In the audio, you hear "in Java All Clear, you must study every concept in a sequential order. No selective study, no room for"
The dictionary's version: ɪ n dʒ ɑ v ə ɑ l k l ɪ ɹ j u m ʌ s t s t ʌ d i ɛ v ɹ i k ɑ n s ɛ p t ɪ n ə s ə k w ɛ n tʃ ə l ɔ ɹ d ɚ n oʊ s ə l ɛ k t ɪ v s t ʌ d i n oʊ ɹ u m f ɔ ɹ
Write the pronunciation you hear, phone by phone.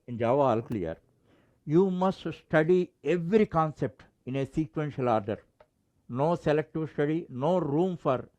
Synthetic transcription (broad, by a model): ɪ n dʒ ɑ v ɑ l k l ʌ ɹ j u m ʌ s t s t ʌ d i ɛ v ɹ i k ɑ n s ɛ p t ɪ n ə s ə k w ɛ n ʃ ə l ɔ ɹ d ɚ n oʊ s ə l ɛ k t ɪ v s t ʌ d i n oʊ ɹ u m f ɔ ɹ